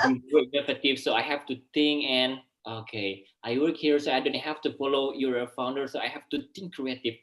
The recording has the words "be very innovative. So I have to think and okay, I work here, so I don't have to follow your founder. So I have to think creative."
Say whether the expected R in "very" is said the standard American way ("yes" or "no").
no